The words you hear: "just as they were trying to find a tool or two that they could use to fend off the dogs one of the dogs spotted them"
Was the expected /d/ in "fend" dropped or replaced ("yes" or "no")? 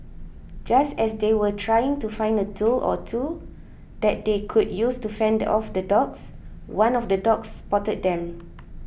no